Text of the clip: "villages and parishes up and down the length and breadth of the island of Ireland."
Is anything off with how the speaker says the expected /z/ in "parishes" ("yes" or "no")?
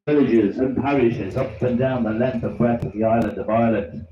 no